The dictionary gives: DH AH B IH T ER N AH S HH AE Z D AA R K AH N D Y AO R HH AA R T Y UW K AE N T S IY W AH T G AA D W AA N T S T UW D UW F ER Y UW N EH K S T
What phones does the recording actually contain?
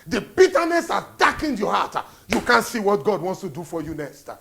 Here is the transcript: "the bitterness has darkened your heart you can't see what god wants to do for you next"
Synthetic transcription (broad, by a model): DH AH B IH T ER N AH S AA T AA K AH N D Y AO HH AA T Y UW K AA N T S IY W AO T G AA D W AA N T S T UW D UW F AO Y UW N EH K S T